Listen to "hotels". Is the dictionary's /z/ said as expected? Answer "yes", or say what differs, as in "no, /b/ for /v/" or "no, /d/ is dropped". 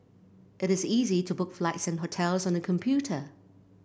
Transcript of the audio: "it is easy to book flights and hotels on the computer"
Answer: yes